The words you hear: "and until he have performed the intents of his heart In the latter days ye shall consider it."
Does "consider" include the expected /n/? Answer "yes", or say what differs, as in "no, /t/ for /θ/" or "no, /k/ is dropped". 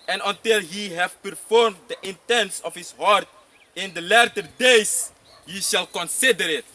yes